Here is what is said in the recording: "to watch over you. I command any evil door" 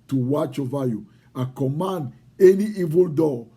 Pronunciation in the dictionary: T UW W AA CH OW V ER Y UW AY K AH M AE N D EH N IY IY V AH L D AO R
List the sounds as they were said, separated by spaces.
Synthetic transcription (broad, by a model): T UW W AA CH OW V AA Y UW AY K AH M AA N D EH N IY IY V AH L D AO